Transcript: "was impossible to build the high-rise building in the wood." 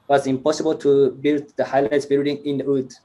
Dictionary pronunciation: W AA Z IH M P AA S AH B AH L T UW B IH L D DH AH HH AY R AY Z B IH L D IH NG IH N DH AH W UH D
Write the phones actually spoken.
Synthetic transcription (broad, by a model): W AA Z IH M P AA S AH B AH L T UW B IH L D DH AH HH AY L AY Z B IH L D IH NG IH N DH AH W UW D